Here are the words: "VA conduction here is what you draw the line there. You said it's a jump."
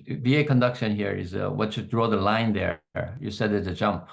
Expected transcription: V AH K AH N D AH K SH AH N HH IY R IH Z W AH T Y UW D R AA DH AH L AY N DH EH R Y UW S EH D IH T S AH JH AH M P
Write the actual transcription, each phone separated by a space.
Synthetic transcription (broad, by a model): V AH K AH N D AH K SH AH N HH IY R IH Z W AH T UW D R AA DH AH L AY N DH EH R Y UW S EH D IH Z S AH JH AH M P